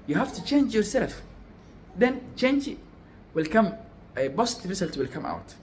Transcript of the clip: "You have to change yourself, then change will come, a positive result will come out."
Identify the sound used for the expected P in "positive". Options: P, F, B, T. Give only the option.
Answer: B